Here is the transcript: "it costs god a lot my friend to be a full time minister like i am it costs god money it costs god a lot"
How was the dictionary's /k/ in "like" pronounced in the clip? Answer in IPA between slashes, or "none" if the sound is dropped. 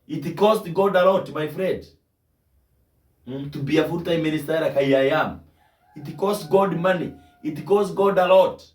none